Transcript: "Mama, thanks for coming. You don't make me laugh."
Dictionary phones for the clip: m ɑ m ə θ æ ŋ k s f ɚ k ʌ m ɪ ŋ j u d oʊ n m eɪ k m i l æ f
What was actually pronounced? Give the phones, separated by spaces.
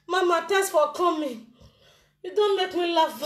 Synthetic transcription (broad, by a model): m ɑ m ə t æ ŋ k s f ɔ k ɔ m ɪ j u d oʊ n m eɪ k m i l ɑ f